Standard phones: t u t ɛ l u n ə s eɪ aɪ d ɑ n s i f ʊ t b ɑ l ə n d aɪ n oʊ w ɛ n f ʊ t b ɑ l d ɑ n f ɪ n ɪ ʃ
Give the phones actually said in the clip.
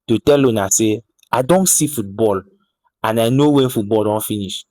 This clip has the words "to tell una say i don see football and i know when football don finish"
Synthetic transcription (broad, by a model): t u t ɛ l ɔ n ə s eɪ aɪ d ɑ n s i f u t b ɑ l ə n aɪ n oʊ w ɛ n f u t b ɑ l d ɑ n f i n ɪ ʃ